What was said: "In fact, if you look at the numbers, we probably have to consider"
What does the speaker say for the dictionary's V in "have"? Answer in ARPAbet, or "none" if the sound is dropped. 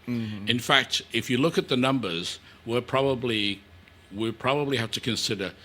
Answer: F